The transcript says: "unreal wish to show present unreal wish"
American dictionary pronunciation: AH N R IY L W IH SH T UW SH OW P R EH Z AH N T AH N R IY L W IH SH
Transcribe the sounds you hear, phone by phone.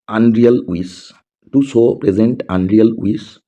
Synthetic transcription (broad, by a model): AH N R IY L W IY S T UW S OW P R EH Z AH N T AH N R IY L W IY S